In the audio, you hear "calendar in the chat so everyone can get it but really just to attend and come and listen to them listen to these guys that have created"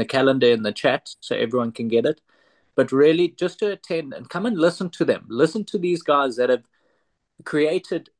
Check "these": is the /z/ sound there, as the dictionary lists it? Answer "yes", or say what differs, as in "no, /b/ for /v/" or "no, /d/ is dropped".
yes